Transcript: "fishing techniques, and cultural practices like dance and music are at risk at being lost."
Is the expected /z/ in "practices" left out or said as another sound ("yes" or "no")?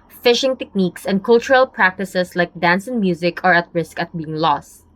yes